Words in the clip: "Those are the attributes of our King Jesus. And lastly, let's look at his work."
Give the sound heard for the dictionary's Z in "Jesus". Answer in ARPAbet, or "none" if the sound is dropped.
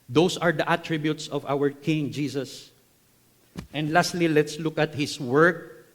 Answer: S